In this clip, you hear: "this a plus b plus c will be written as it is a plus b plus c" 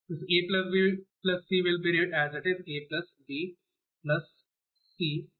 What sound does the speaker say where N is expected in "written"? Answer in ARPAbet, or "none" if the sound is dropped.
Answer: none